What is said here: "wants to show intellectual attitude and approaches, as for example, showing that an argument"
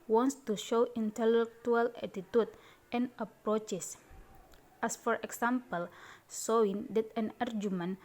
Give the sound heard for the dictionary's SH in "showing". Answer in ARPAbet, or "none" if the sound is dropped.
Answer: S